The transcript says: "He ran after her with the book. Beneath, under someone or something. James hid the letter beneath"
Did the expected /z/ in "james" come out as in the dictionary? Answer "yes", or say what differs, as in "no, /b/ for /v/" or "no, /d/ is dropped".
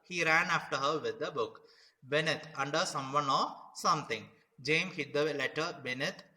no, /z/ is dropped